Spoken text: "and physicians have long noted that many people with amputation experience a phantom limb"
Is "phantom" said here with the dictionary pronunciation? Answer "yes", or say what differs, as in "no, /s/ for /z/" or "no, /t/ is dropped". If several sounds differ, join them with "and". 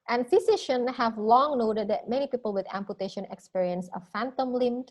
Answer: yes